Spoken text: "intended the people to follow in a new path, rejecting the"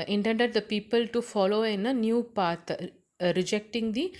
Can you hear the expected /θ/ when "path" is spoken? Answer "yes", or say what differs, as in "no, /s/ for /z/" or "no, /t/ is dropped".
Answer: no, /t/ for /θ/